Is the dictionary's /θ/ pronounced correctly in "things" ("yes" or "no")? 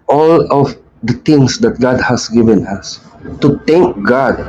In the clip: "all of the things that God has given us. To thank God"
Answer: no